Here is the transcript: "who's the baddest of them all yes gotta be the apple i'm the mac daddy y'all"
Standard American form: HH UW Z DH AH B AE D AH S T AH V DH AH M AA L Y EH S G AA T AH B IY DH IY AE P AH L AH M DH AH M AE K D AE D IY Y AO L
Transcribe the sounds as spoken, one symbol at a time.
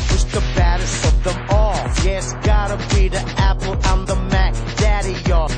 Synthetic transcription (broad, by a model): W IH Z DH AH B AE D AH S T AH V DH AH M AA L Y EH S G AA T AH B IY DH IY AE P L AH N DH AH M AE K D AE D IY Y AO